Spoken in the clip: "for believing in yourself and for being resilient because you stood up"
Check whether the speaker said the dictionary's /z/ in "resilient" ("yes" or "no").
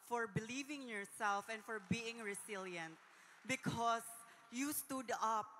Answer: no